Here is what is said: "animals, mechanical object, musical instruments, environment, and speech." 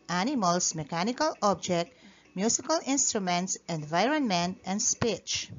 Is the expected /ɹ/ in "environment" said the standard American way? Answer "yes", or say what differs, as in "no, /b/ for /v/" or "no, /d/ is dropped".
yes